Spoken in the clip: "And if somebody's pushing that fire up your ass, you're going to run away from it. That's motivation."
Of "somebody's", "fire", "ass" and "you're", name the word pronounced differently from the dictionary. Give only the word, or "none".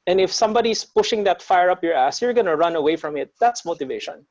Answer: somebody's